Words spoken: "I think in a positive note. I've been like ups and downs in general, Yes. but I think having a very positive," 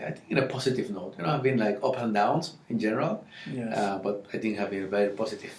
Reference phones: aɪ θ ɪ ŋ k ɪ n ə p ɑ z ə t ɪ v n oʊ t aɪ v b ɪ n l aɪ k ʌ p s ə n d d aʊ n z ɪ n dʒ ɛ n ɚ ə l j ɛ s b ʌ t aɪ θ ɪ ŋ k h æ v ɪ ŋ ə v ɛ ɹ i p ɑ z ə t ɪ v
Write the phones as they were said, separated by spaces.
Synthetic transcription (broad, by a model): aɪ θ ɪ ŋ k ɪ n ə p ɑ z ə t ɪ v n oʊ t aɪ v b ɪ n l aɪ k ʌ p ə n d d aʊ n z ɪ n dʒ ɛ n ɚ ə l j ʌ b ʌ t aɪ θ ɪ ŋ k h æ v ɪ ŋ ə v ɛ ɹ i p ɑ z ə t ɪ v